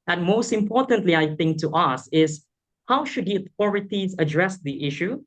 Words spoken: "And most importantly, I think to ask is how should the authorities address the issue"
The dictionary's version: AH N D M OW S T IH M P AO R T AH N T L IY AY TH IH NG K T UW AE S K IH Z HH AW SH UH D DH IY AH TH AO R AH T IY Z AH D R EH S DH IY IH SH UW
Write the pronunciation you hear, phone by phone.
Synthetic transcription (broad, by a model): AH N M OW S T IH M P AO R T AH N T L IY AY TH IH NG K T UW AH S IH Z HH AW SH UH D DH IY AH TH AO R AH T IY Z AH D R EH S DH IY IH SH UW